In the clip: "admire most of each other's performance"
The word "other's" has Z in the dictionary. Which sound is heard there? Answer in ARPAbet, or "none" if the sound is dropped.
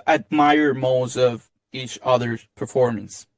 none